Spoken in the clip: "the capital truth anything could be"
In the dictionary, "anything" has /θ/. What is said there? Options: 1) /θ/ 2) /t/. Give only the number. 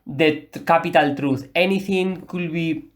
2